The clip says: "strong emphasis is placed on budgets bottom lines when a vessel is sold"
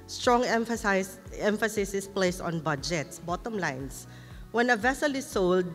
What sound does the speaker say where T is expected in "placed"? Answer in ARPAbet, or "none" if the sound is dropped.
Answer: none